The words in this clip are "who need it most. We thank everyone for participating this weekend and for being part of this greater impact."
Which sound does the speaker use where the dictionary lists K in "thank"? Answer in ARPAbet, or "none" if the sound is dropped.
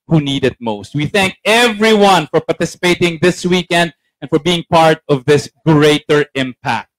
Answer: K